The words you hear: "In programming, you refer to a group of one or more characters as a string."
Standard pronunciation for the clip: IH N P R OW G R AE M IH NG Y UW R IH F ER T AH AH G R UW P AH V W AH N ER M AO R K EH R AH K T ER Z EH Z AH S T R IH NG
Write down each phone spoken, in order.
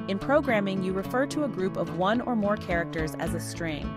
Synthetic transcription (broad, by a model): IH N P R OW G R AE M IH NG Y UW R IH F ER T AH AH G R UW P AH V W AH N ER M AO R K EH R AH K T ER Z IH Z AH S T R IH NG